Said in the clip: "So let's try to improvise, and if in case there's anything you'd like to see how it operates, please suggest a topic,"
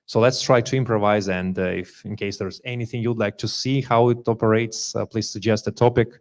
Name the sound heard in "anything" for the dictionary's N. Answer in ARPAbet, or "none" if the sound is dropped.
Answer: N